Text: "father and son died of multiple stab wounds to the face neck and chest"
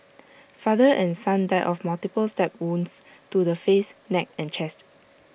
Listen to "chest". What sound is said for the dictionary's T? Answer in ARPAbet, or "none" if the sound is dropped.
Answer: T